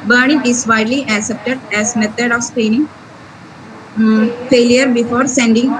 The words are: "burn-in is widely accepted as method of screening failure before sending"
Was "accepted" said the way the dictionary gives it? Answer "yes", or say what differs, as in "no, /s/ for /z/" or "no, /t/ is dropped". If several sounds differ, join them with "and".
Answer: yes